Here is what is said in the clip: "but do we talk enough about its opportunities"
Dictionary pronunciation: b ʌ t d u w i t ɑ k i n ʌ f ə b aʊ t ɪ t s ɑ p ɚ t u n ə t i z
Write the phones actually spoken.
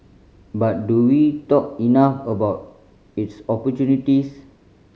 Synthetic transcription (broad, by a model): b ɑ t d u w i t ɑ k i n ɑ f ə b aʊ t ɪ t s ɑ p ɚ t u n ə t i s